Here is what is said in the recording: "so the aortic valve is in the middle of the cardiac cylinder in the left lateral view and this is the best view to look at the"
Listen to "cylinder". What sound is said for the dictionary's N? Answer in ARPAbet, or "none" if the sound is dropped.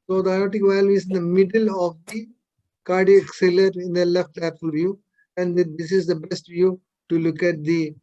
none